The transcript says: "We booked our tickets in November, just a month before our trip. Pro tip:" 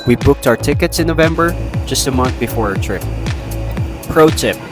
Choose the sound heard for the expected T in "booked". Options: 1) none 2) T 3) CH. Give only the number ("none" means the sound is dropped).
2